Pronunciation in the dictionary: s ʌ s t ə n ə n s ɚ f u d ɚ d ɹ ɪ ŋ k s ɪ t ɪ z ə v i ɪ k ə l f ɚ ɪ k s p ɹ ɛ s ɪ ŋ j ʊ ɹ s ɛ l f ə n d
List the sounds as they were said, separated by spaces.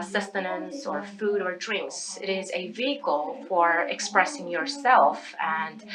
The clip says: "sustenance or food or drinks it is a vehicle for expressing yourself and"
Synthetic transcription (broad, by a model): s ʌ s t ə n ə n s ɚ f u d ɚ d ɹ ɪ ŋ k s ɪ t ɪ z ə v i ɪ k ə l f ɚ ɪ k s p ɹ ɛ s ɪ ŋ j ʊ ɹ s ɛ l f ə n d